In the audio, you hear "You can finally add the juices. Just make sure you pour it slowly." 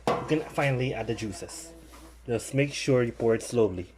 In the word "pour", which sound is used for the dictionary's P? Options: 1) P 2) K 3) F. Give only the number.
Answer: 1